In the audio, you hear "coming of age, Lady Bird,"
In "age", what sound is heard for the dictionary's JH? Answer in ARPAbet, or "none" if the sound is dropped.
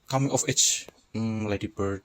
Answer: CH